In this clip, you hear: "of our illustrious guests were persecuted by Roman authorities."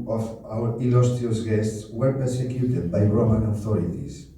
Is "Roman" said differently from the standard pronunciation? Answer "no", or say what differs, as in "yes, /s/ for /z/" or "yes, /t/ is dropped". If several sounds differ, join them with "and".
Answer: no